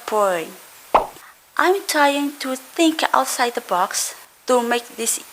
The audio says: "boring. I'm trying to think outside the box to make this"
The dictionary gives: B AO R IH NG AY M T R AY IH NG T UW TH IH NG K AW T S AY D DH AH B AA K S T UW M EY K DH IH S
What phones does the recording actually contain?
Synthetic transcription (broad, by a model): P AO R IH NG AY M T R AY IH NG T UW TH IH NG K AW T S AY D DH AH B AA K S T UW M EY K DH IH S